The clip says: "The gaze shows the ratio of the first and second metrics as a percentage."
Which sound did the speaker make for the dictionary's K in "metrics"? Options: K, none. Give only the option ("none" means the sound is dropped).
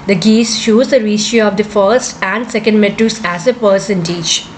none